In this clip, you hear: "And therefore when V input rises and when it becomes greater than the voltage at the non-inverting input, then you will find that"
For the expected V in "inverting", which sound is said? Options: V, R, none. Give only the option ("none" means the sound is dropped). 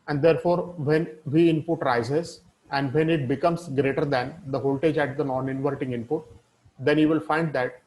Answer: V